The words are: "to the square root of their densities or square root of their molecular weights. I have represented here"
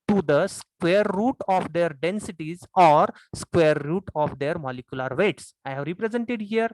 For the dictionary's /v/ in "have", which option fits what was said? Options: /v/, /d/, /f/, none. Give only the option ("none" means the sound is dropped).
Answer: /v/